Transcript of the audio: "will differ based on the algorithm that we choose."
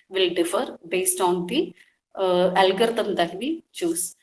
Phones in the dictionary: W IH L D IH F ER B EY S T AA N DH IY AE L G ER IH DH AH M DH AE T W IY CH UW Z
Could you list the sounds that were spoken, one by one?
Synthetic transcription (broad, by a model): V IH L D IH F ER B EY S T AA N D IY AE L G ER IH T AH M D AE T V IY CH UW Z